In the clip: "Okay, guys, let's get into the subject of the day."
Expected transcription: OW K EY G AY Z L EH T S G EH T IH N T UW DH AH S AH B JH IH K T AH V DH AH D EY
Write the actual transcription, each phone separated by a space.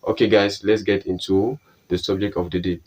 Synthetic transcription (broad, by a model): OW K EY G AY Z L EH T S G EH T IH N T UW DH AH S AH B JH IH K T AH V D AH D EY